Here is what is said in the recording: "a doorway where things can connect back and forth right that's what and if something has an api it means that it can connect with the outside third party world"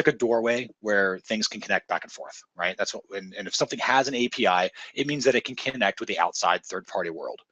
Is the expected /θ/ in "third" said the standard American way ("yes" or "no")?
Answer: yes